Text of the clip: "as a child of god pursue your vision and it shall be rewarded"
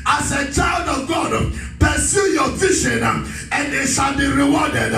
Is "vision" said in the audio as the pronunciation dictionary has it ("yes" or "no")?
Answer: no